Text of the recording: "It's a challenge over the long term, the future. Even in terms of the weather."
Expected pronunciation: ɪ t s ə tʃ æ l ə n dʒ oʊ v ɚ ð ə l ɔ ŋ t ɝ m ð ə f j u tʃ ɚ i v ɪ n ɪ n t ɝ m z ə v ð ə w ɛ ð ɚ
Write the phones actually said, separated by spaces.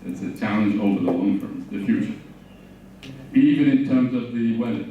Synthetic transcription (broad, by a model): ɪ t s ə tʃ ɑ ə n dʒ oʊ v ɚ ð ə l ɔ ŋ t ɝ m ð ə f j u tʃ ɚ i v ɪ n ɪ n t ɝ m z ə v ð ə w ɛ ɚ